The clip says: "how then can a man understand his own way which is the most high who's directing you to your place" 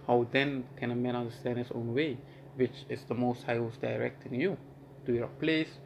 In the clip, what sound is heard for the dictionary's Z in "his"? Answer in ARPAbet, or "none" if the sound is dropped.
S